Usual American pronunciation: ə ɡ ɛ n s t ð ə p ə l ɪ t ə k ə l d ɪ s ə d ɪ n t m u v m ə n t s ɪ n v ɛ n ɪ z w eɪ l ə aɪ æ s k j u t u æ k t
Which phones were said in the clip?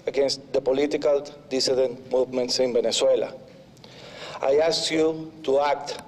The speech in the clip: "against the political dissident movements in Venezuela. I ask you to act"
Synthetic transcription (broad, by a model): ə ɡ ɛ n s t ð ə p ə l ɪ t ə k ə l d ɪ s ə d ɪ n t m u v m ə n t s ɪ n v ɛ n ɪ s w eɪ l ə aɪ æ s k j u t u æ k t